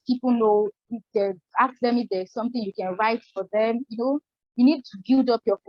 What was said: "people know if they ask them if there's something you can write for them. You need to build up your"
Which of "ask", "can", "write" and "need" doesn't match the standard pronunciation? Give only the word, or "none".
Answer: ask